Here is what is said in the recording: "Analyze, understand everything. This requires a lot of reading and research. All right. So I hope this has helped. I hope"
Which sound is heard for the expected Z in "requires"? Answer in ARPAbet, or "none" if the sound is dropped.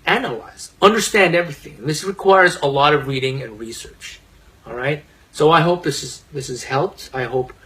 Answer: Z